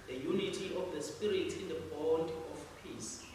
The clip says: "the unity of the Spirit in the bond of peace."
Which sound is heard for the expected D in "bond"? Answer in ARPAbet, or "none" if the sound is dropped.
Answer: D